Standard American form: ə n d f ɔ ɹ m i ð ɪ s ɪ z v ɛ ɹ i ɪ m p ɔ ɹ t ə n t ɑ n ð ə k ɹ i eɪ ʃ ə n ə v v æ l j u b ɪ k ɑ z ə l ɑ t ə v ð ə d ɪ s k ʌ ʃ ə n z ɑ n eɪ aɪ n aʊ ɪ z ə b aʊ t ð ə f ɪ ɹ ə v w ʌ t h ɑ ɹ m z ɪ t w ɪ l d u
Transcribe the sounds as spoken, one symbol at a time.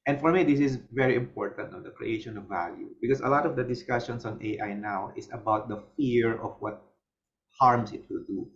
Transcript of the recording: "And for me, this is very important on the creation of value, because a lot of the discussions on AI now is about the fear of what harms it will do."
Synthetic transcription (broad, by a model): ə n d f ɔ ɹ m i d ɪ s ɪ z v ɛ ɹ i ɪ m p ɔ ɹ t ə n t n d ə k ɹ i eɪ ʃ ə n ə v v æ l j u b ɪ k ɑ s ə l ɑ t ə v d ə d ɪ s k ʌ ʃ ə n s ɑ n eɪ aɪ n aʊ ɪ s ə b aʊ t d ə f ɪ ɹ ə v w ʌ t h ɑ ɹ m s ɪ t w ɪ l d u